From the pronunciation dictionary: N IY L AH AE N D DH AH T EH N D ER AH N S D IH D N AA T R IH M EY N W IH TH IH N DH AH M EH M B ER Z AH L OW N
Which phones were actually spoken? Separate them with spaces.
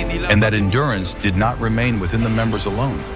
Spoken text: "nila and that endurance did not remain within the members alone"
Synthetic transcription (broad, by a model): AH N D DH AH T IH N D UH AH N S D IH D N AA T R IH M EY N W IH TH IH N DH AH M EH M B ER Z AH L OW N